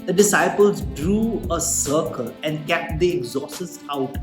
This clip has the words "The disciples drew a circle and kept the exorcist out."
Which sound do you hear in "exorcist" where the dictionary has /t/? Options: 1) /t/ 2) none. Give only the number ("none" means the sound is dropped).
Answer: 2